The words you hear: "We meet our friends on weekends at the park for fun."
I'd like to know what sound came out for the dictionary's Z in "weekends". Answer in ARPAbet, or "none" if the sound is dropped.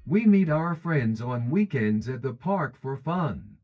Z